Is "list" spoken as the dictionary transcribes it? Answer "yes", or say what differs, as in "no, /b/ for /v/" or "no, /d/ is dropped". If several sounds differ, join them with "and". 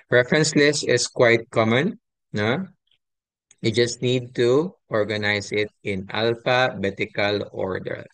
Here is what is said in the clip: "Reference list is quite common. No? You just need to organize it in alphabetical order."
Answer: no, /t/ is dropped